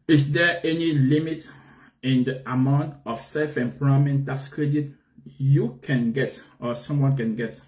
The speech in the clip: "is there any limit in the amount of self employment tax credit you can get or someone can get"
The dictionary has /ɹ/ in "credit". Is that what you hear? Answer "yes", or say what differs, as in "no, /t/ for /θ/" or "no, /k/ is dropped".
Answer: yes